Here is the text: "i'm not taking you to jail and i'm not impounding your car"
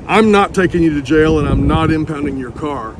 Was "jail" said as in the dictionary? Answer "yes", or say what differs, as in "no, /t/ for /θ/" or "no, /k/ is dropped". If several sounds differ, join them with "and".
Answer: yes